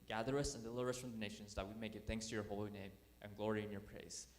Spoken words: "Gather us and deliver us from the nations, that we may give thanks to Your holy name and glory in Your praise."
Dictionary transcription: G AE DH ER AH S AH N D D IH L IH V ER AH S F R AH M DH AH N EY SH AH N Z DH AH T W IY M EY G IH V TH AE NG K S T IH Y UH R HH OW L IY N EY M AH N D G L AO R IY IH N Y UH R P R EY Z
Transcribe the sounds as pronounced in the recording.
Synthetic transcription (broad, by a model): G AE DH ER AH S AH N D D IH L IH V ER AH S F R AH M DH AH N EY SH AH N Z DH AH T W IY M EY G IH V TH AE NG K S T IH Y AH R HH OW L IY N EY M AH N G L AO R IY IH N Y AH R P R EY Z